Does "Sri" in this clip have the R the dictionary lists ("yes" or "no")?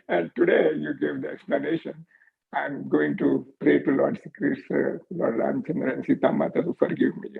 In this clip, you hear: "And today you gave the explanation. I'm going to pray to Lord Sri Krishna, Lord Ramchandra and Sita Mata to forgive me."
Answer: no